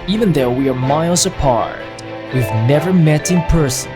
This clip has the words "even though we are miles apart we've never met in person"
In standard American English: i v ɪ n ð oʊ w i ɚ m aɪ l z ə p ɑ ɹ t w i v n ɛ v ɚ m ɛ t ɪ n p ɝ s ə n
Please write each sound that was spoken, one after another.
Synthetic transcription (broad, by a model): i v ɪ n ð oʊ w i ɚ m aɪ l z ə p ɑ ɹ t w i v n ɛ v ɚ m ɛ t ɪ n p ɝ s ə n